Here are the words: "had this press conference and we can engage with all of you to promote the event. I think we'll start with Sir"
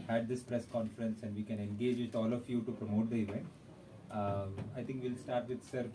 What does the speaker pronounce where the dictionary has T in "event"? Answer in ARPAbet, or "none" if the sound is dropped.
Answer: none